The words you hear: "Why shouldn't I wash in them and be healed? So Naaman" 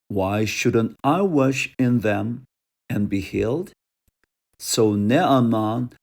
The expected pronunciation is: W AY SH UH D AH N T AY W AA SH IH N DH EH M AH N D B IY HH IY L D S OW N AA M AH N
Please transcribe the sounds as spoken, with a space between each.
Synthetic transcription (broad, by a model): W AY SH UH D AH N T AY W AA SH IH N DH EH M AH N B IY HH IY L D S OW N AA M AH N